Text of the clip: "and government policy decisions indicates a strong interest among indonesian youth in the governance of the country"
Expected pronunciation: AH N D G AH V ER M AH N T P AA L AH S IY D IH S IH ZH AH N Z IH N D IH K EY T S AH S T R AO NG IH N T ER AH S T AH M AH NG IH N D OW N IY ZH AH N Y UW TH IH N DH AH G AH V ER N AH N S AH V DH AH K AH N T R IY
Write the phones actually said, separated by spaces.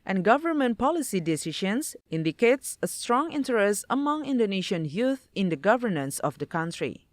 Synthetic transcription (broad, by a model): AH N G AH V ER M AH N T P AA L AH S IY D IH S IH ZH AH N S IH N D IH K EY T S AH S T R AO NG IH N T ER AH S T AH M AH NG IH N D OW N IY SH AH N Y UW TH IH N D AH G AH V ER N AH N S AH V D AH K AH N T R IY